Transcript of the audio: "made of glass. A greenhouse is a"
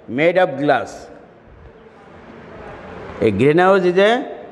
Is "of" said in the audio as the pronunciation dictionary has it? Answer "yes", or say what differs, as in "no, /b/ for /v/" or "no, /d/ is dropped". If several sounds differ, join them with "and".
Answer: no, /b/ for /v/